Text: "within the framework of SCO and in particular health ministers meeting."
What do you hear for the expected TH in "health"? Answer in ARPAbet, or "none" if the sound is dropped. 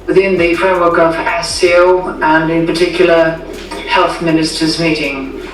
TH